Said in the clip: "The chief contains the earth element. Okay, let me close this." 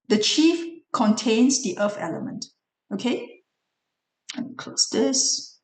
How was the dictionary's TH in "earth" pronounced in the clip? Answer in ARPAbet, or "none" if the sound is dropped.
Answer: F